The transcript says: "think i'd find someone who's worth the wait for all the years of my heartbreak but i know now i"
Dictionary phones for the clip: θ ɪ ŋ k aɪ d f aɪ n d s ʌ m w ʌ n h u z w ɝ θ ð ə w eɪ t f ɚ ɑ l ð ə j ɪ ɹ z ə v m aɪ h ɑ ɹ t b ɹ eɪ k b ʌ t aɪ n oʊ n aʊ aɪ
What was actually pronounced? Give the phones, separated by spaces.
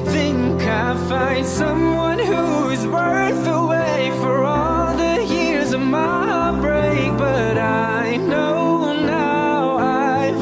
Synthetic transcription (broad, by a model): θ ɪ ŋ k aɪ f aɪ n d s ʌ m w ʌ n h u z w ɝ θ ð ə w eɪ f ɚ ɑ l ð ə j ɪ ɹ z ə v m aɪ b ɹ eɪ k b ʌ t aɪ n oʊ n aʊ aɪ